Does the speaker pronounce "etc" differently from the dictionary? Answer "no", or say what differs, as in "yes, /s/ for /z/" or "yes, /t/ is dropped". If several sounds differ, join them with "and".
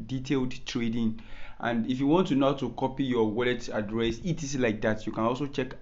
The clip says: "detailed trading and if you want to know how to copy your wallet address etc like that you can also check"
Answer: yes, /s/ is dropped